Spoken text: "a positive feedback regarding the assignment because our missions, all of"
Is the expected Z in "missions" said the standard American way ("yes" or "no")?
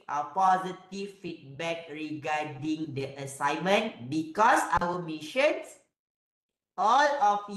no